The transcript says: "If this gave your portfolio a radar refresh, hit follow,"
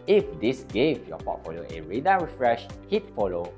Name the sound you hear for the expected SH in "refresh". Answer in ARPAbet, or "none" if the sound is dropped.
SH